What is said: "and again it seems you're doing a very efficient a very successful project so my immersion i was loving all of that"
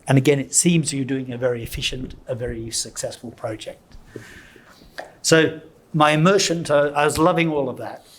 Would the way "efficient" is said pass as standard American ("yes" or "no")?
yes